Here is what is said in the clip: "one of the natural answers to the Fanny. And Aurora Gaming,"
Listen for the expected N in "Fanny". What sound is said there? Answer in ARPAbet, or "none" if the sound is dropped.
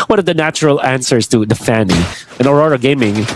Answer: N